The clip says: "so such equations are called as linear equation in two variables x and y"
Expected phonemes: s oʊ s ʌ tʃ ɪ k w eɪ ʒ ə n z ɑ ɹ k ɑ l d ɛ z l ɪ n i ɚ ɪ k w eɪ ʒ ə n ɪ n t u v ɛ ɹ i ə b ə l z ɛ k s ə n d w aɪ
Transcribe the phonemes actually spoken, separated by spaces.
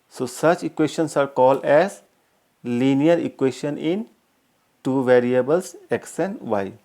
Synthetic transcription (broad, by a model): s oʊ s ʌ tʃ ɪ k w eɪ ʃ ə n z ɑ ɹ k ɑ l d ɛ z l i n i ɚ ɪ k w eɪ ʃ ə n ɪ n t u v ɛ ɹ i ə b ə l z ɛ k s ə n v aɪ